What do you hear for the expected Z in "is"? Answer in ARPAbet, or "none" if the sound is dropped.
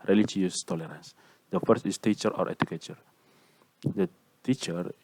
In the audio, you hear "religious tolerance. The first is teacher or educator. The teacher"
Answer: S